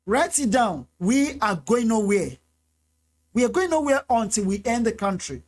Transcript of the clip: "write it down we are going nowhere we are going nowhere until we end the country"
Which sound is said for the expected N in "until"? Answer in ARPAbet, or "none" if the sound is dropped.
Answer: N